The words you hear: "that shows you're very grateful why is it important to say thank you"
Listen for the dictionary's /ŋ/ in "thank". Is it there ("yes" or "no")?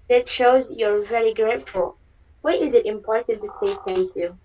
no